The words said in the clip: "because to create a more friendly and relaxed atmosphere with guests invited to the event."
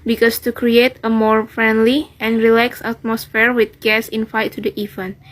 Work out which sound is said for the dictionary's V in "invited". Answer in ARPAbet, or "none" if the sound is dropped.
F